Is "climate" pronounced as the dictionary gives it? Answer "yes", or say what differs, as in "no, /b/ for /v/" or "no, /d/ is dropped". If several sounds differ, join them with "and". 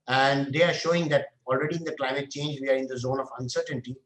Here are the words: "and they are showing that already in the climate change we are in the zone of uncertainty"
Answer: yes